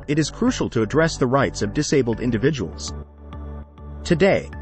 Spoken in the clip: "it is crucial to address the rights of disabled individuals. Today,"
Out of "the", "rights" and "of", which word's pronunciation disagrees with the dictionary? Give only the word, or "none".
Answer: none